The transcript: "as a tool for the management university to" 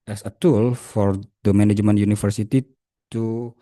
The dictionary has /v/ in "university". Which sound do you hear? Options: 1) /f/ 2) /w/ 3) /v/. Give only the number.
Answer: 1